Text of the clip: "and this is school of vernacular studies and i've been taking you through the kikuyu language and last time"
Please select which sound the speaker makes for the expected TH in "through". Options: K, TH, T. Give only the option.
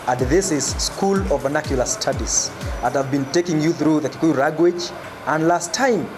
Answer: TH